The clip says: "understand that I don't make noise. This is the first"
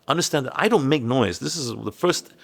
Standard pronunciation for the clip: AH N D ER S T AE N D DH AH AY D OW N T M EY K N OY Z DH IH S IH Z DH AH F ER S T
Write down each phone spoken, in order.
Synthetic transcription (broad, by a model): AH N D ER S T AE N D DH AH AY D OW N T M EY K N OY Z DH IH S IH Z DH AH F ER S T